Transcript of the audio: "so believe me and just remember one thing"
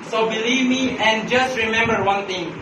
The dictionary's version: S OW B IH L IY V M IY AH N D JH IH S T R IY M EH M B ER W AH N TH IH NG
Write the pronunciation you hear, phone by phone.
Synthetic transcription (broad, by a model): S OW B IH L IY V M IY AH N JH IH S T R IY M EH M B ER W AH N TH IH NG